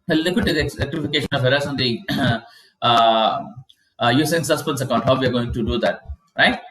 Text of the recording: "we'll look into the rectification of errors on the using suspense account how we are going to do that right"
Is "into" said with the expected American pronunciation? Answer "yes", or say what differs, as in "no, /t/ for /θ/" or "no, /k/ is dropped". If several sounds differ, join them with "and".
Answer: no, /n/ is dropped